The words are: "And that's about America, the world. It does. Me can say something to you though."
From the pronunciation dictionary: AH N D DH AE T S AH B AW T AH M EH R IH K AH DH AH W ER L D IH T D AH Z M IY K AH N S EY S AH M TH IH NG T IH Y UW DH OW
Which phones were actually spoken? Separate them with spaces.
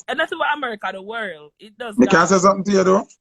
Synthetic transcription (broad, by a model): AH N DH AE T S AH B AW AH M EH R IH K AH DH AH W ER L D IH T D AH Z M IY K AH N S EY S AH M TH IH NG T IH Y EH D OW